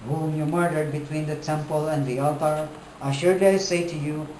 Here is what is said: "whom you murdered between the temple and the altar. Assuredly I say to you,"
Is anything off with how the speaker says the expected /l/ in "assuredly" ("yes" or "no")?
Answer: yes